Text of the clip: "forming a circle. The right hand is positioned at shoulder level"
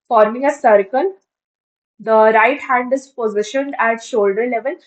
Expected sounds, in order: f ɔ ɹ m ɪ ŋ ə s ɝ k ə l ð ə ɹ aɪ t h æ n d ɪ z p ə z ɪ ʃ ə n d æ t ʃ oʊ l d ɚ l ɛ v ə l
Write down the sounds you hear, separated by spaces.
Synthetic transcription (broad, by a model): f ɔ ɹ m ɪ ŋ ə s ɝ k ə l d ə ɹ aɪ t h æ n d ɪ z p ə z ɪ ʃ ə n d æ t ʃ oʊ l d ɚ l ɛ v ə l